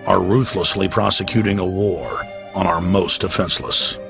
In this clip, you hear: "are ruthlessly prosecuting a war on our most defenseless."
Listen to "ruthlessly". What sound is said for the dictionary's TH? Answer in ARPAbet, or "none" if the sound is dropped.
TH